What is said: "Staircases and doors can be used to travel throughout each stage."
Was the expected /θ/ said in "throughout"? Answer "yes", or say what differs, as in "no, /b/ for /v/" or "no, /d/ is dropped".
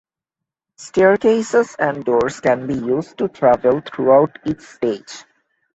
no, /t/ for /θ/